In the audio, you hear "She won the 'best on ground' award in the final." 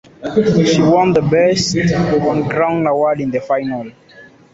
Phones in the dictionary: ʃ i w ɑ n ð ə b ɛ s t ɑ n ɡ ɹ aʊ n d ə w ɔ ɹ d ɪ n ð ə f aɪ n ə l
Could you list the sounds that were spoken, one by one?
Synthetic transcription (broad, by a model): ʃ i w ɑ n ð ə b ɛ s t ɑ n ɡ ɹ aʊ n ə w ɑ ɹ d ɪ n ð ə f aɪ n ə l